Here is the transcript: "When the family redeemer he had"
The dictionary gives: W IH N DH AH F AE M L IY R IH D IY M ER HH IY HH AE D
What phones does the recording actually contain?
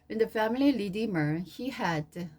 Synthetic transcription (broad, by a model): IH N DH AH F AE M L IY L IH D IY M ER HH IY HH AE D